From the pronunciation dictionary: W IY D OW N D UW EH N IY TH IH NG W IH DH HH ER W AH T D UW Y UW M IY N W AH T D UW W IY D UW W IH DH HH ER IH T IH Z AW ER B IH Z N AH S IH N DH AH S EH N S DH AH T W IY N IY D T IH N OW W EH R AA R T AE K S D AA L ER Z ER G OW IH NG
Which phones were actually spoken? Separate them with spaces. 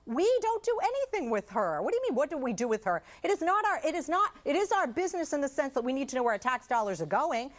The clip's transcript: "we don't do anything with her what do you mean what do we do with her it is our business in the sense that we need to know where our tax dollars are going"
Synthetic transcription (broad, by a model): W IY D OW N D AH EH N IY TH IH NG W IH DH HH ER W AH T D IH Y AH M IY N W AH T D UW W IY D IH W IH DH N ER IH T IH Z AW ER B IH Z N AH S IH N DH AH S EH N S DH AH T W IY N IY D T IH N OW W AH R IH T AE K S D AA L ER Z ER G OW IH NG